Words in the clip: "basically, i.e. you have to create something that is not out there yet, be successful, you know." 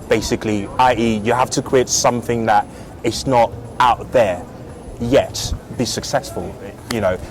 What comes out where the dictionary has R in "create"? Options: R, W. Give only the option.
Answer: W